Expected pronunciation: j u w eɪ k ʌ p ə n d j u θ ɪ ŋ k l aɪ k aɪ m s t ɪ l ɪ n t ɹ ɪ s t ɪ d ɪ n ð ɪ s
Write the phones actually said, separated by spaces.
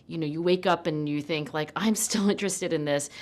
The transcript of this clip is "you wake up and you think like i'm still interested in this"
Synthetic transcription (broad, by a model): j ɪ w eɪ k ʌ p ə n j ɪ θ ɪ ŋ k l aɪ k aɪ m s t ɪ l ɪ n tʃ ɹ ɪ s t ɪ d ɪ n ð ɪ s